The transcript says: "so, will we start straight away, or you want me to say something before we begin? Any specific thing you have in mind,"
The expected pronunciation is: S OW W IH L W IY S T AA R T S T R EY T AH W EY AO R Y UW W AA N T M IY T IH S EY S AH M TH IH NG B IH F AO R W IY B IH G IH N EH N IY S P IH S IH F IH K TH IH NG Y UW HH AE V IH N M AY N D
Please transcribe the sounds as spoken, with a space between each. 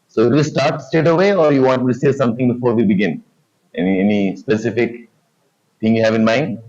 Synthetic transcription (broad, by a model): S OW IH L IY S T AA R T S T EY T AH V EY AO R Y UW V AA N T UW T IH S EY S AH M T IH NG B IH F AO R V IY B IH G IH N EH N IY S P IH S IH F IH K T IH NG Y UW HH AE V IH N M AY N D